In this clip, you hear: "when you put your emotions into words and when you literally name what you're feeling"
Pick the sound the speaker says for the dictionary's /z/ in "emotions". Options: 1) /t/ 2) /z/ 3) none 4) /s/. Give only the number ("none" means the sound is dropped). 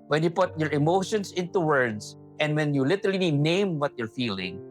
4